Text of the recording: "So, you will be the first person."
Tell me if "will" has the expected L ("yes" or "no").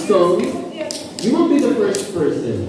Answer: no